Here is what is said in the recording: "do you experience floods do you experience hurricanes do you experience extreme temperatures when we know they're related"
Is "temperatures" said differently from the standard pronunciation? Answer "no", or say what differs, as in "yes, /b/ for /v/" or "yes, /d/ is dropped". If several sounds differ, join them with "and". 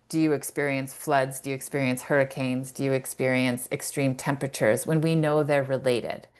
no